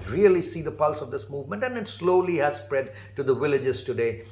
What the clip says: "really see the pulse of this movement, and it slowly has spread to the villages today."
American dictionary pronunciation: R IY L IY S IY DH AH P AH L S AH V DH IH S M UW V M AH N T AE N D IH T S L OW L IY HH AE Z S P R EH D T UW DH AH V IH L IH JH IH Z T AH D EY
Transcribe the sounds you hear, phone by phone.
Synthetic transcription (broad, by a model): R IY L IY S IY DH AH P AH L S AH V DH IH S M UW V M AH N T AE N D IH T S L OW L IY HH AE Z S P R EH D T UW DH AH V IH L IH JH IH Z T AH D EY